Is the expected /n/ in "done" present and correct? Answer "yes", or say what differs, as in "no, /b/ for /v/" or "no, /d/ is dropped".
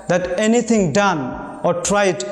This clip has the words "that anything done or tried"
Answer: yes